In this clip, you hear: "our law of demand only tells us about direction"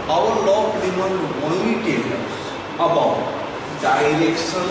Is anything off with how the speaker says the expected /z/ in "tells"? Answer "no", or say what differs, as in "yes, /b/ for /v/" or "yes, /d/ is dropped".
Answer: yes, /z/ is dropped